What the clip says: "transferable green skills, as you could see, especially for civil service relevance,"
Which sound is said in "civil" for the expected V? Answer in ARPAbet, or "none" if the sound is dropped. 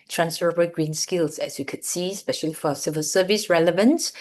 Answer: V